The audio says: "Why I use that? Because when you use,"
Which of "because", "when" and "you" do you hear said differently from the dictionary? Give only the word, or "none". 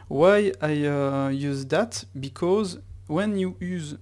none